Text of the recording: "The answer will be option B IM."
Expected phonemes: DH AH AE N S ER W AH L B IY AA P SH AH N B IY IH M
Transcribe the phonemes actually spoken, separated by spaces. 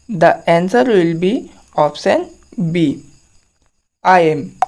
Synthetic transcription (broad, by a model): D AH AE N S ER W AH L B IY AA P S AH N B IY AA M